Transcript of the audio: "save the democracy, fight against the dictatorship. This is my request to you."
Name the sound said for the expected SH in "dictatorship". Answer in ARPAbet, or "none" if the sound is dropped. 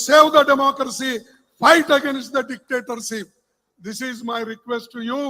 S